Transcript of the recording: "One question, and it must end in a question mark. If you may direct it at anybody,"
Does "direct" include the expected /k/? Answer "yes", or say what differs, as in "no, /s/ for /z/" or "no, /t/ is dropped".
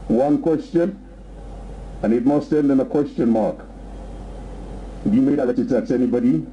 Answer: no, /k/ is dropped